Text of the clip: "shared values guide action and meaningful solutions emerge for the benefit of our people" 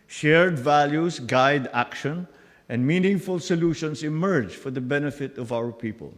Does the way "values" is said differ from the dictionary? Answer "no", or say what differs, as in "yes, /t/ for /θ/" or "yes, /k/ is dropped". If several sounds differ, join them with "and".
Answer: yes, /s/ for /z/